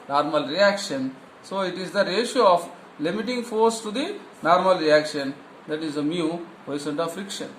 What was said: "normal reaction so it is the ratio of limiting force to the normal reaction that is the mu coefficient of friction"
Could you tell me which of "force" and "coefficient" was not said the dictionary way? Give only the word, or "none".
coefficient